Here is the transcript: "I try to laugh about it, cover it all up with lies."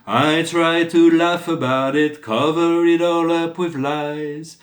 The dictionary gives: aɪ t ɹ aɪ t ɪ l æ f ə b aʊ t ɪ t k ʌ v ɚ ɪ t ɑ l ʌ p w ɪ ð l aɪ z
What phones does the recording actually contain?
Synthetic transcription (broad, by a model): aɪ t ɹ aɪ t ɪ l æ f ə b aʊ t ɪ t k ʌ v ɚ ɪ t ɑ l ʌ p w ɪ ð l aɪ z